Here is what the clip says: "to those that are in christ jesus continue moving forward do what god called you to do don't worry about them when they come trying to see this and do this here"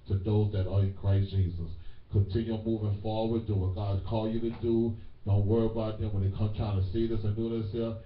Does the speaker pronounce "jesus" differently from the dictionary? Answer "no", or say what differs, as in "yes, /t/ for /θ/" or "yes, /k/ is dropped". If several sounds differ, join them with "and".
no